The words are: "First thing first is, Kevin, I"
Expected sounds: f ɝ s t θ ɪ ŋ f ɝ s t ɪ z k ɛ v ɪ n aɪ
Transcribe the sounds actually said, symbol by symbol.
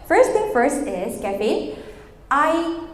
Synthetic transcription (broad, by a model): f ɝ s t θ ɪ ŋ f ɝ s t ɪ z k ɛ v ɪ aɪ